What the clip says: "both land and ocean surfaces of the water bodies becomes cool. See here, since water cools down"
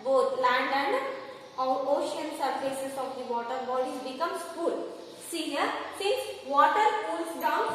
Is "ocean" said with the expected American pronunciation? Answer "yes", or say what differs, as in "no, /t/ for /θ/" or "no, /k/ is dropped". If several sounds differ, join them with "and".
yes